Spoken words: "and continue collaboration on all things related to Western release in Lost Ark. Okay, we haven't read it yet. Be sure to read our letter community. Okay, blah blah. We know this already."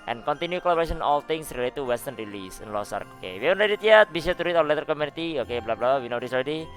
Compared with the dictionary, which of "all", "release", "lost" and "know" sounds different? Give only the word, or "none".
lost